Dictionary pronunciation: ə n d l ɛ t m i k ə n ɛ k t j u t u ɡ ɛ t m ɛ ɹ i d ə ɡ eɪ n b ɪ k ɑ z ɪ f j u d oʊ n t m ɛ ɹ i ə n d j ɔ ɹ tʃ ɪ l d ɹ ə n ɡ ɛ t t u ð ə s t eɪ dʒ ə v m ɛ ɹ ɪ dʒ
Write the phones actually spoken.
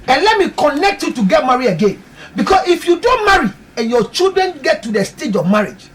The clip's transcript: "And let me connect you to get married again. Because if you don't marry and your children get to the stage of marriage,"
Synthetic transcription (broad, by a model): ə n l ɛ t m i k ə n ɛ k t j u t u ɡ ɛ t m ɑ ɹ i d ə ɡ eɪ n b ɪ k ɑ s ɪ f j u d oʊ n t m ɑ ɹ i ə n j ɔ tʃ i l d ɹ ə n ɡ ɛ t t u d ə s t eɪ dʒ ə v m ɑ ɹ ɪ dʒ